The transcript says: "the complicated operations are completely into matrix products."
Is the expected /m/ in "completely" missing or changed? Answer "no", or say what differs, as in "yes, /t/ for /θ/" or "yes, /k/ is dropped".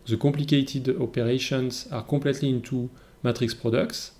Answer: yes, /m/ is dropped